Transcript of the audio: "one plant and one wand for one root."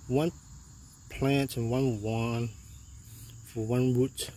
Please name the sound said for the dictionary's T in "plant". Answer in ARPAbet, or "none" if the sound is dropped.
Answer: T